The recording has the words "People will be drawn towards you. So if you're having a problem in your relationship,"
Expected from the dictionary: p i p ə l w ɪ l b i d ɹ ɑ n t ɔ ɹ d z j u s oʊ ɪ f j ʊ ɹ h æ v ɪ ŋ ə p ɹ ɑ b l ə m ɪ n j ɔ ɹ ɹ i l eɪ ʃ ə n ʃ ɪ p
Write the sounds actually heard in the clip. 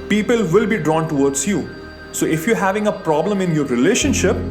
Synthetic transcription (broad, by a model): p i p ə l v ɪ l b i d ɹ ɑ n t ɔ ɹ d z j u s oʊ ɪ f j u ɹ h æ v ɪ ŋ ə p ɹ ɑ b l ə m ɪ n j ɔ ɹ ɹ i l eɪ ʃ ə n ʃ ɪ p